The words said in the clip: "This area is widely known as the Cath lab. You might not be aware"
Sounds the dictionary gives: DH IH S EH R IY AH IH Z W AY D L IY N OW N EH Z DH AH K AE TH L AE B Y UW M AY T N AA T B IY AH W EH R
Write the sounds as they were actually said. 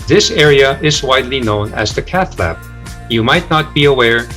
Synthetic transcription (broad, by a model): DH IH S EH R IY AH IH Z W AY D L IY N OW N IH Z DH AH K AE TH L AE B Y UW M AY T N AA T B IY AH W EH R